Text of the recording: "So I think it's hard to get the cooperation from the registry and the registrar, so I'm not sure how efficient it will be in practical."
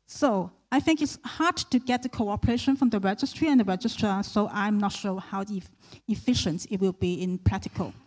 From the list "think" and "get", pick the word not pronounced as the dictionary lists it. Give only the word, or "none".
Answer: none